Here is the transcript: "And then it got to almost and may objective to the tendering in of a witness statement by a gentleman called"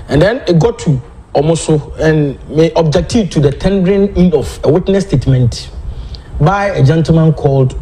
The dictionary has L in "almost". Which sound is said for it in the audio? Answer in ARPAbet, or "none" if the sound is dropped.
none